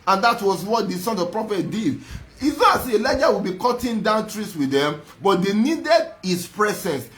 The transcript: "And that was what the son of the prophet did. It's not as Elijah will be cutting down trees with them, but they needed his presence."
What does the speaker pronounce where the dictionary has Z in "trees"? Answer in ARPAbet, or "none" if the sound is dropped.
S